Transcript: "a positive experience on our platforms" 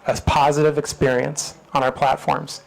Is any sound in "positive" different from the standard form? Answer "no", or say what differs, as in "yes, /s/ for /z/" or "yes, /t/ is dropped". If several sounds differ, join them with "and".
no